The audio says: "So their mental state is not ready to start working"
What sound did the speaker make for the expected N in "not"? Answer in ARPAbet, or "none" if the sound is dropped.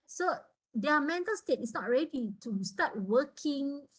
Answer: N